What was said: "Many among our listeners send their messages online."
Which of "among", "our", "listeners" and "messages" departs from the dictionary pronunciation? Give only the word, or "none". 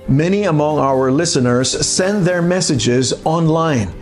none